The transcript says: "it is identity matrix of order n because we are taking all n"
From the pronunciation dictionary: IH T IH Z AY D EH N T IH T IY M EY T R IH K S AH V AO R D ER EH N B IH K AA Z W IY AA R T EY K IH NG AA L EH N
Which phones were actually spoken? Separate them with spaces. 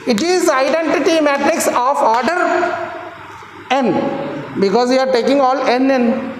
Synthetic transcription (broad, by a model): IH T IH Z AY D EH N T IH T IY M EY T R IH K S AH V AO R D ER EH N B IH K AA Z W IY AA R T EY K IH NG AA L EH N